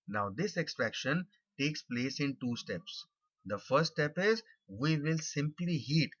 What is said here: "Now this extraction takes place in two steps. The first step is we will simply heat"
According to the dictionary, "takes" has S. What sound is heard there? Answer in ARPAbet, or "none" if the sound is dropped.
S